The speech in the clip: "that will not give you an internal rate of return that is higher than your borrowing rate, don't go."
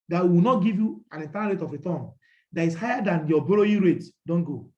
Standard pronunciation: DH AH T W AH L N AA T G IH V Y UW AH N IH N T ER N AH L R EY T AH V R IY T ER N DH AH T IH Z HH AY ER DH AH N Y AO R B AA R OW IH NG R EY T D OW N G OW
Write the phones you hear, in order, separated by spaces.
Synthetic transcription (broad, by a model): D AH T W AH W N AA T G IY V Y UW AH N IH N T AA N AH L R EY T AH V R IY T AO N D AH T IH S HH AY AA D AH N Y AO B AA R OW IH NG R EY T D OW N G OW